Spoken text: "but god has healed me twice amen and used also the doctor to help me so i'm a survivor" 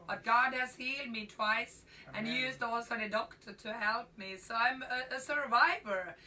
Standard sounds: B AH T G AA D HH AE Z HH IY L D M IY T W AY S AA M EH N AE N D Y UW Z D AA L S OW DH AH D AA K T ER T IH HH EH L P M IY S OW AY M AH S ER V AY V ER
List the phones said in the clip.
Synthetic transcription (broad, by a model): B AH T G AA D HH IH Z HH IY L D M IY T W AY S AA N N Y UW Z D AA L S OW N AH D AA K T ER T IH HH EH L P M IY S OW AY M AH S ER V AY V ER